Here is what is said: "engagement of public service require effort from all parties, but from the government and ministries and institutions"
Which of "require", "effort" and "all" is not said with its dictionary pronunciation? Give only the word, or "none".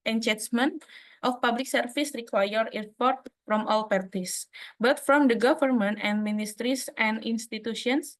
effort